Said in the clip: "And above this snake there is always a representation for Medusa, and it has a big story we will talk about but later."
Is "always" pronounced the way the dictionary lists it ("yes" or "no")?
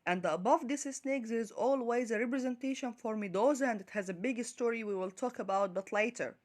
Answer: yes